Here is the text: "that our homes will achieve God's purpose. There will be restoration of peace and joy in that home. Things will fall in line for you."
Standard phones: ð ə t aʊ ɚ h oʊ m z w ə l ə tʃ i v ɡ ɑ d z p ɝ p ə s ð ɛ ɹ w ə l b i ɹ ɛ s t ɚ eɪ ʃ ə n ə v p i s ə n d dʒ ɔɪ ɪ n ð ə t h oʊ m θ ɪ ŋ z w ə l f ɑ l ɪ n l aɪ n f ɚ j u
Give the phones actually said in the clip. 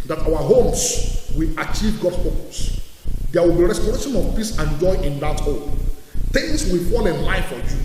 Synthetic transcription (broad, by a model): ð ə t aʊ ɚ h oʊ m s w ə l ə tʃ i v ɡ ɑ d s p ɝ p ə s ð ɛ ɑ w ə l b i ɹ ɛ s t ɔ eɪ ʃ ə n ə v p i s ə n dʒ ɔɪ ɪ n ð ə t h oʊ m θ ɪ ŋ s w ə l f ɑ l ɪ n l aɪ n f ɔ j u